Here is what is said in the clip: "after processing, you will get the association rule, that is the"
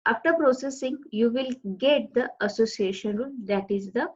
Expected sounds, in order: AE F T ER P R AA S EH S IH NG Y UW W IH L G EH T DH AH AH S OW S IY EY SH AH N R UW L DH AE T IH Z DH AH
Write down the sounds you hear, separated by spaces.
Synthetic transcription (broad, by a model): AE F T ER P R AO S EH S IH NG Y UW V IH L G EH T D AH AH S OW S IY EY SH AH N R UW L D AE T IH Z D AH